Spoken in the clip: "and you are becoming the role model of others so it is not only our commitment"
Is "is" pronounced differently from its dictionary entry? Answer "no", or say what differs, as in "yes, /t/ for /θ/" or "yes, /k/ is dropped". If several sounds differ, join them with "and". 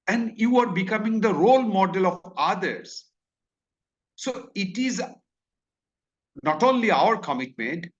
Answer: no